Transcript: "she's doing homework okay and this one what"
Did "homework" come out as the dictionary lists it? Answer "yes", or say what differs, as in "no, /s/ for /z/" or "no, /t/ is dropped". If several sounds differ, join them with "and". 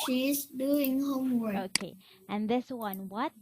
no, /k/ is dropped